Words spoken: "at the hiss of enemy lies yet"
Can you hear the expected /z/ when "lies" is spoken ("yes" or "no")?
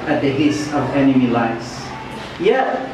no